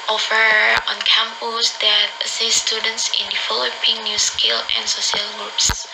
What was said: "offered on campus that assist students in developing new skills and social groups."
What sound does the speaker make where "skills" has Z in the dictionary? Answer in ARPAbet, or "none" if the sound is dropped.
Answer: none